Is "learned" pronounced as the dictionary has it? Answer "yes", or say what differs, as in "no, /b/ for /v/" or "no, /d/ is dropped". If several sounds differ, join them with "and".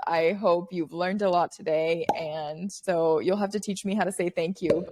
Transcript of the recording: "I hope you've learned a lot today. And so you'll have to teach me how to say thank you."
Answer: yes